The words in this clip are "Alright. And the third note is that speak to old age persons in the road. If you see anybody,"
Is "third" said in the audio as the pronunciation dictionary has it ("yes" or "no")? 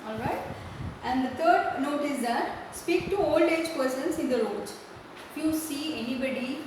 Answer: no